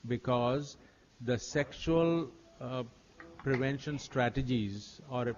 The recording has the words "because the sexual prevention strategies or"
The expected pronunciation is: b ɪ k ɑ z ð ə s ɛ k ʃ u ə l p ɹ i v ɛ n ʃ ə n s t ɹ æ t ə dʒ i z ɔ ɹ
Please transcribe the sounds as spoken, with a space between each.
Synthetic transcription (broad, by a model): b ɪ k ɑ z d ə s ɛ k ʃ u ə l p ɹ i v ɛ n ʃ ə n s t ɹ æ t ə dʒ i z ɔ ɹ